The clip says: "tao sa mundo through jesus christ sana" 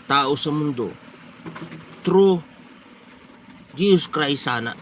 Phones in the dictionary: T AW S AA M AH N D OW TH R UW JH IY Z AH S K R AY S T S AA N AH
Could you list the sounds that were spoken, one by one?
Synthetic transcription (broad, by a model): T AW S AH M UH N D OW T R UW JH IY S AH S K R AY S S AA N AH